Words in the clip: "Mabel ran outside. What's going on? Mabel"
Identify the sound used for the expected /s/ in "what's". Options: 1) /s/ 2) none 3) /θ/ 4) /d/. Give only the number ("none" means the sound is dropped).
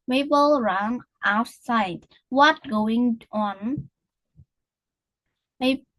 2